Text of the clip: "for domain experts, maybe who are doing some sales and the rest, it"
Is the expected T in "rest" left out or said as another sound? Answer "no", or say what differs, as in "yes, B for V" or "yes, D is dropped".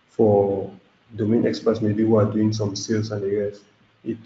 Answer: yes, T is dropped